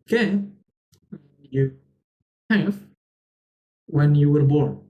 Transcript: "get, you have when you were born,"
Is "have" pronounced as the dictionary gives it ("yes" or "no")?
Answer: no